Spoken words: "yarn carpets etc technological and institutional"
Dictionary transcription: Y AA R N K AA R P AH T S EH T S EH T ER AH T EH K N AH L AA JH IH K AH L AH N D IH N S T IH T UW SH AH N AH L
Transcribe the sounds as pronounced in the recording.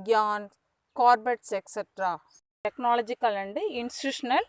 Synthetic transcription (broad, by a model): Y AA N K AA R B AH T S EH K S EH T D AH T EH K N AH L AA JH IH K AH L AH N D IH N S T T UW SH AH N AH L